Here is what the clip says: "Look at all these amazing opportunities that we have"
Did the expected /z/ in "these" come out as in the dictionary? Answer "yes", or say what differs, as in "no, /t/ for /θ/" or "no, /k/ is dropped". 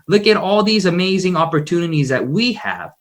yes